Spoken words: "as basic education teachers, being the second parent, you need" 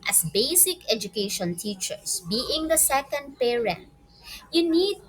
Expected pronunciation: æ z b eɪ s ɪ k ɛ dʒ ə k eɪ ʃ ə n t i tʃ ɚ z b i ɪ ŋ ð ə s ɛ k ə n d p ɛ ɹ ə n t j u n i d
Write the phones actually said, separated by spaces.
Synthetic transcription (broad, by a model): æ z b eɪ s ɪ k ɛ dʒ ə k eɪ ʃ ə n t i tʃ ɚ s b i ɪ ŋ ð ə s ɛ k ə n d p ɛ ɹ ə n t j u n i d